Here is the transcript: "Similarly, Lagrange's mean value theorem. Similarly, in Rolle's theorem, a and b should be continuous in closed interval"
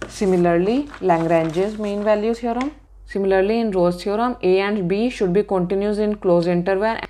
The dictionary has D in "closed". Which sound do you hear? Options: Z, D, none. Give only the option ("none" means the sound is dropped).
none